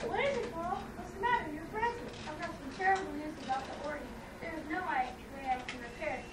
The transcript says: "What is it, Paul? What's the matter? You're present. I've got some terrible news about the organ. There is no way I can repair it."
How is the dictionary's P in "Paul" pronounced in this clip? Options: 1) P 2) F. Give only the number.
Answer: 2